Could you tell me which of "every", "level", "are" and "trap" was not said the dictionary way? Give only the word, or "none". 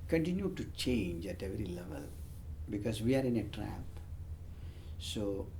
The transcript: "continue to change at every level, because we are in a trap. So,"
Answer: none